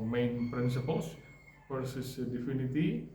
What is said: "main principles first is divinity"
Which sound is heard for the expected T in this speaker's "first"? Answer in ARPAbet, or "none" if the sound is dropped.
none